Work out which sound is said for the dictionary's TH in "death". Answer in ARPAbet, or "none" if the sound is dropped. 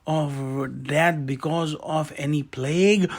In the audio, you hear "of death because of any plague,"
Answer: T